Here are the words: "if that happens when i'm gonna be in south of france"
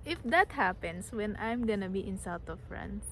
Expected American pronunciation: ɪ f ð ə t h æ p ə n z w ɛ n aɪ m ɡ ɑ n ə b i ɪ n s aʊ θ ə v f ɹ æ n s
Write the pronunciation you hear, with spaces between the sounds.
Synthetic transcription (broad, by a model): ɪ f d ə t h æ p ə n s w ɛ n aɪ m ɡ ɑ n ə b i ɪ n s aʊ t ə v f ɹ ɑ n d